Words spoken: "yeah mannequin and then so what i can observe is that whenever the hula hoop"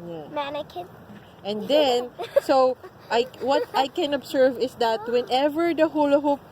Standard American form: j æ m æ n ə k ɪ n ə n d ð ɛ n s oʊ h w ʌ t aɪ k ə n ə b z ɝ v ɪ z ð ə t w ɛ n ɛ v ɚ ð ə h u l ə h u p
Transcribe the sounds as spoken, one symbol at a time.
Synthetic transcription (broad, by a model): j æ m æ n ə k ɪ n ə n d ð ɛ n s oʊ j w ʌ t aɪ k ə n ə b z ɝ v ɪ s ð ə t w ɛ n ɛ v ɚ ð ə h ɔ l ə h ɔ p